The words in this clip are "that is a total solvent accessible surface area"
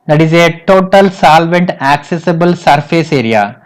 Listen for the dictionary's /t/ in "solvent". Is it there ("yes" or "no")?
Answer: yes